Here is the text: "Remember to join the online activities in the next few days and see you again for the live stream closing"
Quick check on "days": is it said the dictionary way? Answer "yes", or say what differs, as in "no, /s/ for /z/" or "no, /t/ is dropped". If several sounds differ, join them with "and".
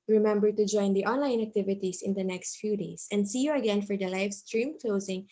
no, /s/ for /z/